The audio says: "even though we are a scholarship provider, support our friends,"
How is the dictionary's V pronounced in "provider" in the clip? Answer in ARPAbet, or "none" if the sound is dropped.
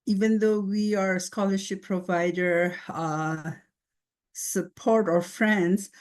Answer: V